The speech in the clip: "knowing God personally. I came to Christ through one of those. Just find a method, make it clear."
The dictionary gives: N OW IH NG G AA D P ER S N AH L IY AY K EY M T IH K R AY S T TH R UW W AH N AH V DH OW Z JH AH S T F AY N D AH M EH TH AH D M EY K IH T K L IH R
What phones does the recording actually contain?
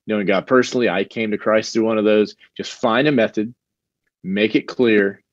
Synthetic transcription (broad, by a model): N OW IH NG G AA D P ER S N L IY AY K EY M T IH K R AY S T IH W AH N AH V DH OW Z JH AH S T F AY N D AH M EH TH AH D M EY K IH T K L IH R